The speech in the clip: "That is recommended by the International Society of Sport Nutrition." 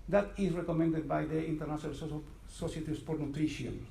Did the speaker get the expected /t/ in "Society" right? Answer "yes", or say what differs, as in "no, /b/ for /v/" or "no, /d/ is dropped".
no, /s/ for /t/